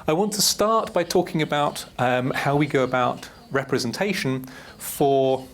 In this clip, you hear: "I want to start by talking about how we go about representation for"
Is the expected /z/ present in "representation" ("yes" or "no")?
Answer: yes